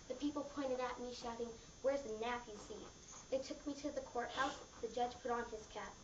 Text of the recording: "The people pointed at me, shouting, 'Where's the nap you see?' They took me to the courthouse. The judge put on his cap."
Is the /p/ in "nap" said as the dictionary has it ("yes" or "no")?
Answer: no